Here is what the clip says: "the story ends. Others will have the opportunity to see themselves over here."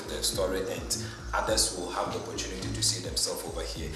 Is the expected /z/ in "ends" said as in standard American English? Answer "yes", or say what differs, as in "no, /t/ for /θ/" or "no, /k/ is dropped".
no, /z/ is dropped